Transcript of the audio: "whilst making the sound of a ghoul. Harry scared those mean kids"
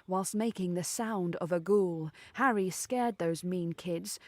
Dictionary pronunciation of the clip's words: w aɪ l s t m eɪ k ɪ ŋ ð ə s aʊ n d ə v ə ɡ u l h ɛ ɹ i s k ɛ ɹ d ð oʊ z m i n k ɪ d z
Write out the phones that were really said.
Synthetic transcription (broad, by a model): w aɪ l s t m eɪ k ɪ ŋ ð ə s aʊ n d ə v ə ɡ u l h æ ɹ i s k ɛ ɹ d ð oʊ z m i n k ɪ d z